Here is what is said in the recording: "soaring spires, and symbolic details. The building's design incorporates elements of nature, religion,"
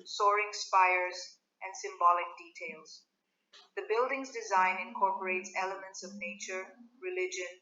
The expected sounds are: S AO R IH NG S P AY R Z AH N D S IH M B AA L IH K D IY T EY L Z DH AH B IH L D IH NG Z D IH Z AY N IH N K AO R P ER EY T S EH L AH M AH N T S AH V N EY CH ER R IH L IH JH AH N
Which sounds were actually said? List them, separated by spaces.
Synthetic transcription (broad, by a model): S AO R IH NG S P AY R Z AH N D S IH M B AA L IH K D IY T EY L Z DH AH B IH L D IH NG Z D IH Z AY N IH N K AO R P ER EY T S EH L AH M AH N T S AH V N EY CH ER R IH L IH JH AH N